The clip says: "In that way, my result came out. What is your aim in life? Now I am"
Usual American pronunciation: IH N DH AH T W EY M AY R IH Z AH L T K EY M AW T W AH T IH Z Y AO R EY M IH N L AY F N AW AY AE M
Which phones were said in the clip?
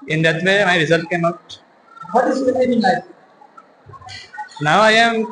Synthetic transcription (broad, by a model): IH N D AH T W EY M AY R IH Z AH L T K EY M AW T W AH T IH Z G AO L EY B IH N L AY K N AW AY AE M